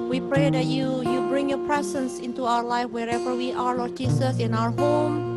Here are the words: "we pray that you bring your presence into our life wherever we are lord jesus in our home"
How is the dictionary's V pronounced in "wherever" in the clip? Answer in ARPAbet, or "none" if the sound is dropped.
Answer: V